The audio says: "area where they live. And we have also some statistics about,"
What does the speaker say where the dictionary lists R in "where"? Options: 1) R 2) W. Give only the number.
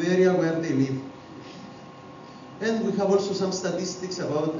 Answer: 1